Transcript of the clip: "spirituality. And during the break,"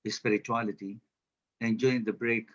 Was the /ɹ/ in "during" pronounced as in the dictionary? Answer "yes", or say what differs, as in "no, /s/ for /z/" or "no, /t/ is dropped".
no, /ɹ/ is dropped